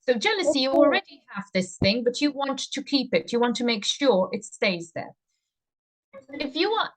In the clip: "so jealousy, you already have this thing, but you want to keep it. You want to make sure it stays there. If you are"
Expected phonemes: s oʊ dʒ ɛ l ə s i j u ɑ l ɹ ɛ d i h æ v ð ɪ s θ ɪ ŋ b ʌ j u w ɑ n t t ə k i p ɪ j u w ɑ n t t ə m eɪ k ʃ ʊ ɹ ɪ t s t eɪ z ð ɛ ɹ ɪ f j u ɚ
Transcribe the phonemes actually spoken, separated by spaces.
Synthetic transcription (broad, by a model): s oʊ dʒ ɛ l ə s i j ɑ l ɹ ɛ d i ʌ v ð ɪ s θ ɪ ŋ b ʌ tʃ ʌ w ɑ n t t ə k i p ɪ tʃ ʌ w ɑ n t t ə m eɪ k ʃ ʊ ɹ ɪ t s t eɪ z ð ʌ ɹ ɪ f j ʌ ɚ